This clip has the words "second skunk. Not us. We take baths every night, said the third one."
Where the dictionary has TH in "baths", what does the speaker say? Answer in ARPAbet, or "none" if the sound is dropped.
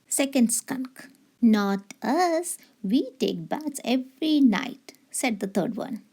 T